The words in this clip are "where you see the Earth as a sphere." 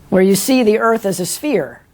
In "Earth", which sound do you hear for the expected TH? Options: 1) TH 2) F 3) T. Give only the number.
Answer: 1